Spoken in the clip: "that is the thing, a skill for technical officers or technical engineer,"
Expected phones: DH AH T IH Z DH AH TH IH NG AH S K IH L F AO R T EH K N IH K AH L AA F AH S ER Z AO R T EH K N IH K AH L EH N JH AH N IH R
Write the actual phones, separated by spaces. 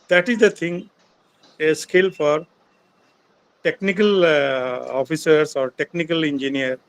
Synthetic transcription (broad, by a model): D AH T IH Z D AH T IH NG AH S K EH L F AO R T EH K N IH K AH L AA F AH S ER S AO R T EH K N IH K AH L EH N JH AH N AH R